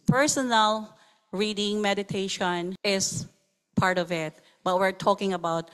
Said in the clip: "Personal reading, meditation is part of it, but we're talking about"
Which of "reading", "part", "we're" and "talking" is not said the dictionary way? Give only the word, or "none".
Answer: none